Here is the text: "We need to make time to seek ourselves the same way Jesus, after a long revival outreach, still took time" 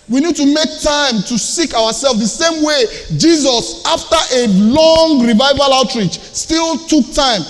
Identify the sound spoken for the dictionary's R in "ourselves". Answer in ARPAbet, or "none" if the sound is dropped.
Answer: W